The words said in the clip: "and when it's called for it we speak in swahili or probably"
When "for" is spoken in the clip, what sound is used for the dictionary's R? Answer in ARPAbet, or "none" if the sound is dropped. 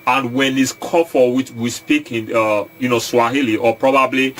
W